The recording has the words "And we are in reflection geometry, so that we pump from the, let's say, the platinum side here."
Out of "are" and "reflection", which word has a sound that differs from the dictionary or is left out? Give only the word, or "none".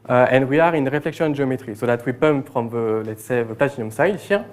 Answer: none